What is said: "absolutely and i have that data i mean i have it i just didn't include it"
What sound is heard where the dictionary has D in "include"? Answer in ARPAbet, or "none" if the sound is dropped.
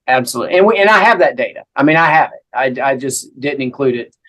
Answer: D